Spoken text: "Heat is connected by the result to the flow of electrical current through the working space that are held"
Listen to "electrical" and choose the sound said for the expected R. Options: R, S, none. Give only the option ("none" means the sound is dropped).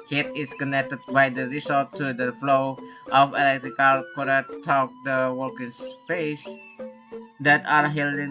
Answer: R